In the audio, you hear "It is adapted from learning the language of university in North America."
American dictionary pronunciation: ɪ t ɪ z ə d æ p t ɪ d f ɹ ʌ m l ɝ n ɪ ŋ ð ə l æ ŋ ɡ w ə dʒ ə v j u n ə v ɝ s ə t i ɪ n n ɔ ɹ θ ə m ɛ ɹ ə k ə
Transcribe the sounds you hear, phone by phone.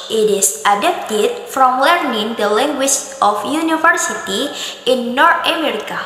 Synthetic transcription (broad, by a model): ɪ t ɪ s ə d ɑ p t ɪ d f ɹ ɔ m l ɝ n ɪ ŋ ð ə l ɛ ŋ ɡ w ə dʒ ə f j u n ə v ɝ s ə t i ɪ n n ɔ ɹ t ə m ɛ ɹ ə k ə